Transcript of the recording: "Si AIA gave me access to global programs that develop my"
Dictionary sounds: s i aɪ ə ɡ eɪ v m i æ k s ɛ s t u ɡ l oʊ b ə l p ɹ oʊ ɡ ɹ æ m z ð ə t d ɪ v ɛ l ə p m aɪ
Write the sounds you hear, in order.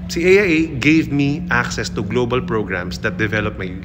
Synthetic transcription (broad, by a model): s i aɪ ə ɡ eɪ v m i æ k s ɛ s t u ɡ l oʊ b ə l p ɹ oʊ ɡ ɹ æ m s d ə t d ɪ v ɛ l ə p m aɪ